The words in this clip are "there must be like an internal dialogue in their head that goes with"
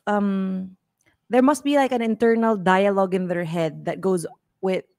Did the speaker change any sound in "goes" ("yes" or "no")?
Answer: no